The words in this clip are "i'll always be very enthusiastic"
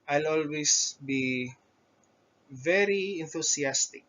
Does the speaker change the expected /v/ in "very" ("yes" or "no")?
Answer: no